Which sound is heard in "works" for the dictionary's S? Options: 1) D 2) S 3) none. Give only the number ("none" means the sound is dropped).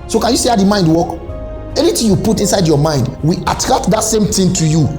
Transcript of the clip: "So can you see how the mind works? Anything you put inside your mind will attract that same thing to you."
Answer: 3